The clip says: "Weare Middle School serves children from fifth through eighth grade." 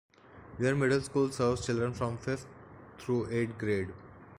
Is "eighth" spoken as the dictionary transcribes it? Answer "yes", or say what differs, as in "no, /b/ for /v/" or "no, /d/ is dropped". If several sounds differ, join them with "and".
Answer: no, /t/ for /θ/